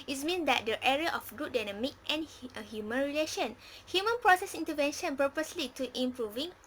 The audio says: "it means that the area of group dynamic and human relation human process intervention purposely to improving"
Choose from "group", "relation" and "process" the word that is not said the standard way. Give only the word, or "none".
group